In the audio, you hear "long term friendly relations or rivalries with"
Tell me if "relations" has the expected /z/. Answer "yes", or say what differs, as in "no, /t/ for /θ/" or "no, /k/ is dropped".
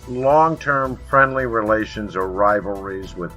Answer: yes